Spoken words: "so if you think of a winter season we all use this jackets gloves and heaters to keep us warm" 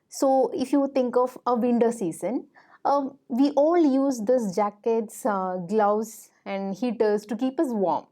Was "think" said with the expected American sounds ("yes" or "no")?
no